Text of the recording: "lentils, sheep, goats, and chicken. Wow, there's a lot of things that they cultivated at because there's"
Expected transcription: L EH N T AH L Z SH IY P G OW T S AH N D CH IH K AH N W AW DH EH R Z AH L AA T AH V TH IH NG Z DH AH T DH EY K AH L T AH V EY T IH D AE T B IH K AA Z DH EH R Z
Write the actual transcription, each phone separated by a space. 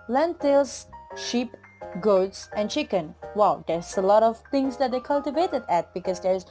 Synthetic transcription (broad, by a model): L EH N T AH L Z SH IY P G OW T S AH N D CH IH K AH N W AW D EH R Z AH L AA T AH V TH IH NG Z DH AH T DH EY K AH L T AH V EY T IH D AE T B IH K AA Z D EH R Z